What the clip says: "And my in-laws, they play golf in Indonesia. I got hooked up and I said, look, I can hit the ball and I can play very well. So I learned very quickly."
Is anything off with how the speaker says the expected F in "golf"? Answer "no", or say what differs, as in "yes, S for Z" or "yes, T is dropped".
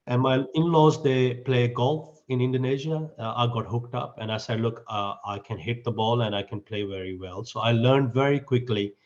no